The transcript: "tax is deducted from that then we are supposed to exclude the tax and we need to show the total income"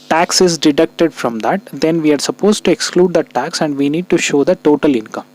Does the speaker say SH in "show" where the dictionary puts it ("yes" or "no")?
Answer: yes